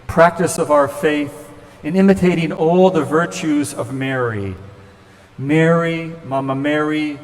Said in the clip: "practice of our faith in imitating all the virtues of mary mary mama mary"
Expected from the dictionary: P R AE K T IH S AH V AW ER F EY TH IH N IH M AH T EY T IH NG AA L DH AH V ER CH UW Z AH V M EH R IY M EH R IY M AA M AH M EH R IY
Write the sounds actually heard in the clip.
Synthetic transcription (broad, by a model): P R AE K T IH S AH V AW ER F EY TH IH N IH M AH T EY T IH NG AA L DH AH V ER CH UW Z AH V M EH R IY M EH R IY M AA M AH M EH R IY